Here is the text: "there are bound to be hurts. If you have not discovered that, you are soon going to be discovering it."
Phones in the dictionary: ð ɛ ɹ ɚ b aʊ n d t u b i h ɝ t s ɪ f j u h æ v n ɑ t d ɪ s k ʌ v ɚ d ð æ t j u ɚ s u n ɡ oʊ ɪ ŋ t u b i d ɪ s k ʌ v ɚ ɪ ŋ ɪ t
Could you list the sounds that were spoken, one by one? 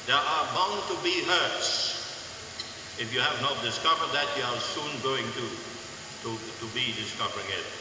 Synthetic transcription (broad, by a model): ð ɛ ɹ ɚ b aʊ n t u b i h ɝ t s ɪ f j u h æ v n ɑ t d ɪ s k ʌ v ɚ d ð æ t j u ɚ s u n ɡ oʊ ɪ ŋ t u b i d ɪ s k ʌ v ɚ ɪ ŋ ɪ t